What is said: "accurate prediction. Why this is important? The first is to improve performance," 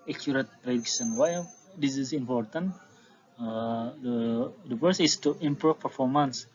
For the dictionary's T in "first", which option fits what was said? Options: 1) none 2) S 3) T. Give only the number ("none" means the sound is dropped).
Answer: 1